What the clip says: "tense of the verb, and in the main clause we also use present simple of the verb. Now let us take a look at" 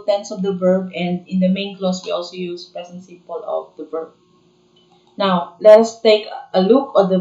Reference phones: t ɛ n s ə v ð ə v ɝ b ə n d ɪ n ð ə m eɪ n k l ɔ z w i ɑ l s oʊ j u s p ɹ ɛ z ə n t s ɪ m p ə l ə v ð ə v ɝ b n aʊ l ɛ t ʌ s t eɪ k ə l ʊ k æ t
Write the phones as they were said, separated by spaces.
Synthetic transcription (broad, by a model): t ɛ n s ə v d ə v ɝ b ə n d ɪ n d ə m eɪ n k l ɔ s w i ɑ l s oʊ j u s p ɛ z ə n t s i p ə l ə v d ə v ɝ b n aʊ l ɛ t ʌ s t eɪ k ə l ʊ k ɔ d